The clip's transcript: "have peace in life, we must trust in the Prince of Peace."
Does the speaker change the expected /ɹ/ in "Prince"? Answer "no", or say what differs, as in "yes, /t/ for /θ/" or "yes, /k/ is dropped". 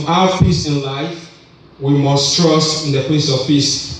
yes, /l/ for /ɹ/